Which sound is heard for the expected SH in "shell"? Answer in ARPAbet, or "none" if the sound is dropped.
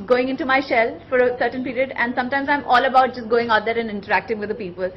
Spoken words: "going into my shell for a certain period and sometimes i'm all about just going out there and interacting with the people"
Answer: SH